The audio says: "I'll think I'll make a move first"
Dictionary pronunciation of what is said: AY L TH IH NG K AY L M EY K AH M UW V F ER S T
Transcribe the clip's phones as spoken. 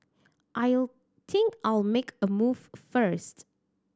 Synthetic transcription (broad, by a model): AY L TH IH NG K AY L M EY K AH M UW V F ER S T